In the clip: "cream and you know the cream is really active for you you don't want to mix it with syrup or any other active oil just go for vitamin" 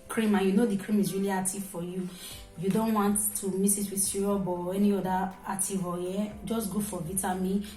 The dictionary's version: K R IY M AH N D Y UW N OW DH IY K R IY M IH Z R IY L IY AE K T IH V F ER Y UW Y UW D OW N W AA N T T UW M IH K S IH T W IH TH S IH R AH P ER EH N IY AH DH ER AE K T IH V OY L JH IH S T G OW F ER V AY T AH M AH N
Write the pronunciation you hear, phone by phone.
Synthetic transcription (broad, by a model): K R IY M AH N Y UW N OW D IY K R IY M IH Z R IY L IY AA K T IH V F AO Y UW Y UW D OW N W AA N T T UW M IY S IH T W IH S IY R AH B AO EH N IY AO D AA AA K T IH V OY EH JH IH S G OW F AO V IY T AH M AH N